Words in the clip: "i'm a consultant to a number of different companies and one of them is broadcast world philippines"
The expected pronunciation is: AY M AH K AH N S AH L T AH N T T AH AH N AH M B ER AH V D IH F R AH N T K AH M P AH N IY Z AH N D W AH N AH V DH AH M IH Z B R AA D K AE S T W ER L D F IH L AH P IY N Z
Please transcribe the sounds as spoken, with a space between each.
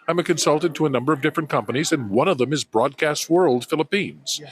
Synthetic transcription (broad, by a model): AY M AH K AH N S AH L T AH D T T AH AH N AH M B ER AH V D IH F R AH N K AH M P AH N IY Z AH N W AH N AH V DH AH M IH Z B R AA D K AE S T W ER L D F IH L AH P IY N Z